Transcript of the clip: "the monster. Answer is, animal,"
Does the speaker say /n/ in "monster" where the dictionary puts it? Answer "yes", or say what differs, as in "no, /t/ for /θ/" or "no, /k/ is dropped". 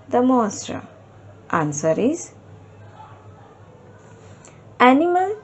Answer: no, /n/ is dropped